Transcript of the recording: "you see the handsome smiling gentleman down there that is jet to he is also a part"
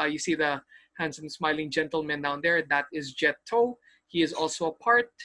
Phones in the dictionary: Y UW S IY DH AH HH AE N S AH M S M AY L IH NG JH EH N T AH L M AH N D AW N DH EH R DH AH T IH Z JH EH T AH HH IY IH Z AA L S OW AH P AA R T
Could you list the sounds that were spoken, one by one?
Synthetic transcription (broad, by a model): Y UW S IY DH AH HH AE N S AH M S M AY L IH NG JH EH N T AH L M AH N D AW N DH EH R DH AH T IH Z JH EH T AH HH IY IH Z AA L S OW AH P AA R T